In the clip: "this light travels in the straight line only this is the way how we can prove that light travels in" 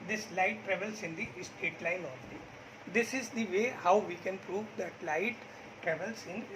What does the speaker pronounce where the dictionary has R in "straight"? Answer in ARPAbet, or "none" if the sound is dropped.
none